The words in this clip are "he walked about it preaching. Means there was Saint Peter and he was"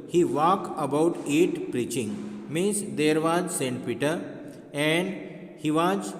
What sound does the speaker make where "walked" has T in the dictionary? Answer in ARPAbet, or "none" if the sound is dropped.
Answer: none